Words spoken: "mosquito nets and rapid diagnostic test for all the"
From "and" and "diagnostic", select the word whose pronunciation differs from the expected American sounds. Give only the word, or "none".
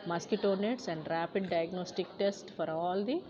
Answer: none